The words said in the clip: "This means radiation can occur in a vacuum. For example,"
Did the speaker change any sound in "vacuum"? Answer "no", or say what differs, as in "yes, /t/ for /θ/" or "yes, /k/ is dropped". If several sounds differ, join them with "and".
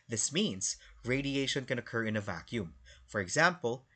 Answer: no